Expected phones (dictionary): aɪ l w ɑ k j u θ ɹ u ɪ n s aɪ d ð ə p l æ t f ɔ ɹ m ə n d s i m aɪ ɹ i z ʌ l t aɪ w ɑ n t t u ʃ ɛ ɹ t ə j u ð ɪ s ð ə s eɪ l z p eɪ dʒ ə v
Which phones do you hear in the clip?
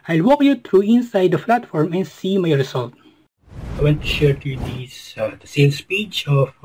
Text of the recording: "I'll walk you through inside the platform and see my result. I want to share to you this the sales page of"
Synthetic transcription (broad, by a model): aɪ l w ɑ k j u t ɹ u ɪ n s aɪ d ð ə f l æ t f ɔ ɹ m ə n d s i m aɪ ɹ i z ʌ l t aɪ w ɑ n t t u ʃ ɛ ɹ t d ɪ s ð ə s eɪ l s p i tʃ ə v